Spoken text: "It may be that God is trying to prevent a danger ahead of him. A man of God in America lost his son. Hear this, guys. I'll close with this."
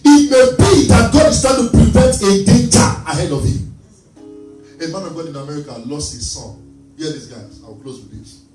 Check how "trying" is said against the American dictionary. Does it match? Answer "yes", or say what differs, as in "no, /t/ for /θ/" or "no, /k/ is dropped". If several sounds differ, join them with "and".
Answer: no, /ɹ/ is dropped